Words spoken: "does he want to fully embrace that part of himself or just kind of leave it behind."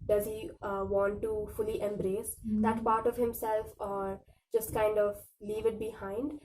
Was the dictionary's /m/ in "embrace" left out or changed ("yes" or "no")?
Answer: no